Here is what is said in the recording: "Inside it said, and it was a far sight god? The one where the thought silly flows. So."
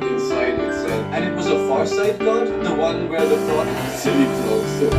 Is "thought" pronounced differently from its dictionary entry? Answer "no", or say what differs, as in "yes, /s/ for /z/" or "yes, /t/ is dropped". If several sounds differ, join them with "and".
yes, /f/ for /θ/